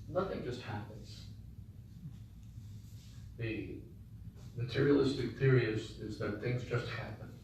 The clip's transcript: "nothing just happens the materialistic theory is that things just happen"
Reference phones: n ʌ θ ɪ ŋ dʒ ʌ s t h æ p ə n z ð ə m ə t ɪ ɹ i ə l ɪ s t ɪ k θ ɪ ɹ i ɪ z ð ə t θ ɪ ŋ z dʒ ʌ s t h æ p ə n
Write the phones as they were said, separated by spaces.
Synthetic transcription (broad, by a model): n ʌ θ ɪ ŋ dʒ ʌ s t h æ p ə n z ð ə m ə t ɪ ɹ i ə l ɪ s t ɪ k θ ɪ ɹ i ɪ z ð ə t θ ɪ ŋ z dʒ ʌ s t h æ p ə n